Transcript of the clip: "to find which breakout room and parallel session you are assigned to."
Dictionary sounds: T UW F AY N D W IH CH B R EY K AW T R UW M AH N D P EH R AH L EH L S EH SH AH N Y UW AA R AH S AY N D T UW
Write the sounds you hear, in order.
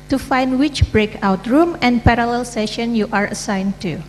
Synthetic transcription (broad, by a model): T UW F AY N D W IH CH B R EY K AW T R UW M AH N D P EH R AH L EH L S EH SH AH N Y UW AA R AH S AY N T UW